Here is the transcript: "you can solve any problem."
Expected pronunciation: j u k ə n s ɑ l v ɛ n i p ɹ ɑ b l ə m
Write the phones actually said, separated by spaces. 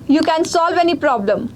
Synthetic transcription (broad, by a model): j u k ə n s ɑ l v ɛ n i p ɹ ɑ b l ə m